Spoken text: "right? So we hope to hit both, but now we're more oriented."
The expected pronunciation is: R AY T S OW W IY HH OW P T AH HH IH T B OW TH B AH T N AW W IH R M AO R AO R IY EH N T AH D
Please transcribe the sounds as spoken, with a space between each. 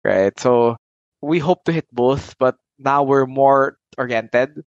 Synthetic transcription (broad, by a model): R AY T S OW W IY HH OW P T AH HH IH T B OW TH B AH T N AW W IH R M AO R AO R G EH N T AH D